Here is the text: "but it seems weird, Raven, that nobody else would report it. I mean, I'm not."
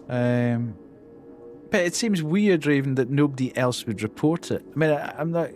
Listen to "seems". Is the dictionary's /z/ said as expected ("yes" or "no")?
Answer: yes